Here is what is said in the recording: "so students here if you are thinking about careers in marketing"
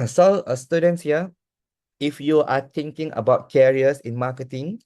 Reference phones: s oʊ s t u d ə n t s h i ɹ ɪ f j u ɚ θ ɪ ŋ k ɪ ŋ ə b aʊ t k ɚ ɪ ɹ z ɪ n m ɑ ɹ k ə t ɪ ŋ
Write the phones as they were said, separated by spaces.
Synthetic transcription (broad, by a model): s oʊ s t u d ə n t s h i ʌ ɪ f j u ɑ t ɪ ŋ k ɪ ŋ ə b aʊ t k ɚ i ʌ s ɪ n m ɑ k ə t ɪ ŋ